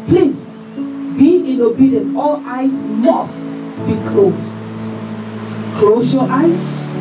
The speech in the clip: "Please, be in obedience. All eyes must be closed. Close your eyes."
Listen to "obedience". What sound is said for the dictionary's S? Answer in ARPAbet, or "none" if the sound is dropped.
none